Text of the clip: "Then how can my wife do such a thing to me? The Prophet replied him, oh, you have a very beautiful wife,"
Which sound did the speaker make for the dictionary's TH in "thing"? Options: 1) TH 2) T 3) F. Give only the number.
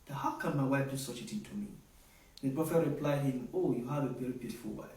2